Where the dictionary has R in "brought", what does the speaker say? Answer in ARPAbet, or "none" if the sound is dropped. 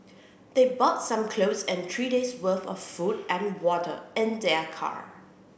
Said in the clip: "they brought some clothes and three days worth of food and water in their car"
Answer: none